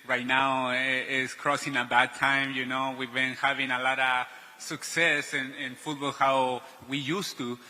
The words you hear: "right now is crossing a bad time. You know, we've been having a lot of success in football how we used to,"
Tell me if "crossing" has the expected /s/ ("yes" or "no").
yes